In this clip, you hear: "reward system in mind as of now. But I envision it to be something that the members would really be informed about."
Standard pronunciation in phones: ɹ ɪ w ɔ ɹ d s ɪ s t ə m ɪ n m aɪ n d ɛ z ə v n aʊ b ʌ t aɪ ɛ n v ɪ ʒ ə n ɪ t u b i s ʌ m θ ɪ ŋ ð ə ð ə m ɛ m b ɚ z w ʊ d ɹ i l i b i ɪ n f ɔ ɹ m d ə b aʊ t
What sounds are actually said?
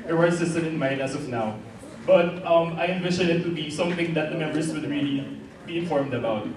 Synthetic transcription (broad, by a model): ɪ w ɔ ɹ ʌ s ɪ s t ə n ɪ n m aɪ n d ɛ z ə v n aʊ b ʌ t aɪ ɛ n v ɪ ʃ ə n ɪ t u b i s ʌ m θ ɪ ŋ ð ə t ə m ɛ m b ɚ s w ʊ d ɹ i l i b i ɪ n f ɔ ɹ m d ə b aʊ t